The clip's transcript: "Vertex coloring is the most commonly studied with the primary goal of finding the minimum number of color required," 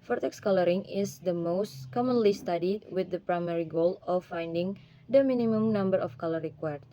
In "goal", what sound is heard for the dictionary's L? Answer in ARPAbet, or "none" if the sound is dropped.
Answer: L